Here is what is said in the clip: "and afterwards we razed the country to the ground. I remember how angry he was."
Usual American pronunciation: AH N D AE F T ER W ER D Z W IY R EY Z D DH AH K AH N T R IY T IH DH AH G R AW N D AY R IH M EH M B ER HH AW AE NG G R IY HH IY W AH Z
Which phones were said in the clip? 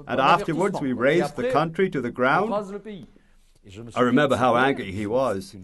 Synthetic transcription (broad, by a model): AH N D AE F T ER W ER D Z W IY R EY Z DH AH K AH N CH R IY T IH DH AH G R AW N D AY R IH M EH M B ER HH AW AE NG G R IY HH IY W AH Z